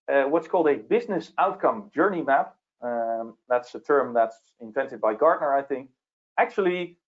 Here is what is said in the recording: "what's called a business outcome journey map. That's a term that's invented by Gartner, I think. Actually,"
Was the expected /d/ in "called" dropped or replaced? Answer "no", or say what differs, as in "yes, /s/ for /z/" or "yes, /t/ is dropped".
no